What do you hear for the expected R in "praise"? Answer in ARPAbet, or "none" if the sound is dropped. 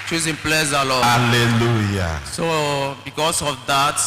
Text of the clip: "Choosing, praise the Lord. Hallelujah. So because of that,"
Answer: L